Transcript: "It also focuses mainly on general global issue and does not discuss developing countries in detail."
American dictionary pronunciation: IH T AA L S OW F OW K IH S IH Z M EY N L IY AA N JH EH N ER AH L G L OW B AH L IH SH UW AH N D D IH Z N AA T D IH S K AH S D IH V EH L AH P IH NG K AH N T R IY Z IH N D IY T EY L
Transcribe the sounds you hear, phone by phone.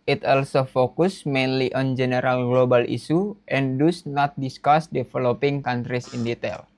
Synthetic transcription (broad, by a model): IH T AA L S OW F OW K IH S M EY N L IY AA N JH EH N ER AH L G L OW B AH L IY S UW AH N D D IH S N AA T D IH S K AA S D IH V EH L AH P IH NG K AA N T R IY S IH N D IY T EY L